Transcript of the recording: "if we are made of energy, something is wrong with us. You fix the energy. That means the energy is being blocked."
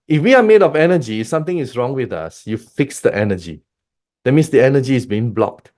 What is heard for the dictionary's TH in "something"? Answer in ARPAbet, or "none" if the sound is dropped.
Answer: T